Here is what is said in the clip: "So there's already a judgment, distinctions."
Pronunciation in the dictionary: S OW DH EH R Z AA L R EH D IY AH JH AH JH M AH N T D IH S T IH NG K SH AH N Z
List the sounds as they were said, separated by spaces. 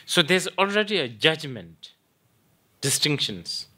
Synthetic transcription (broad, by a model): S OW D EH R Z AA L R EH D IY AH JH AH JH M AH N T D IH S T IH NG K SH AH N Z